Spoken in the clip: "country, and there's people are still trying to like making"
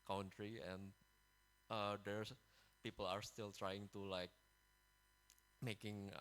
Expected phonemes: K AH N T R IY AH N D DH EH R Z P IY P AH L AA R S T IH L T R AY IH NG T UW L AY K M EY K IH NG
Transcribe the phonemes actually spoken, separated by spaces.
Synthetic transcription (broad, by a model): K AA N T R IY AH N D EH R P IY P AH L AA R S T IH L T R AY IH NG T UW L AY K M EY K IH NG